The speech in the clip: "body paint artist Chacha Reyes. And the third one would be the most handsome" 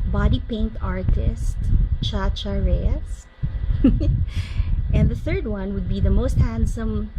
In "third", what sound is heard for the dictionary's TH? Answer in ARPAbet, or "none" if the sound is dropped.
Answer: TH